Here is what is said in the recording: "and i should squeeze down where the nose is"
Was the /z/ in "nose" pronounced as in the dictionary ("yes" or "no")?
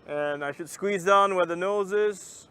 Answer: yes